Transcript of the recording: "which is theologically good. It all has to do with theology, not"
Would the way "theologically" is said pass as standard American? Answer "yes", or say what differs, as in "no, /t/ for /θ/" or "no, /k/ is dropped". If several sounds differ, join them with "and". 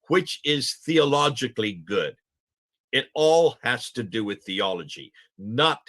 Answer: yes